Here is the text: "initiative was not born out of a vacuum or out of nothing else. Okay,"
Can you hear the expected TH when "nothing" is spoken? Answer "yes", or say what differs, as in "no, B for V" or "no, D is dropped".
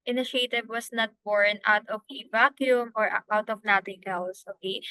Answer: no, T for TH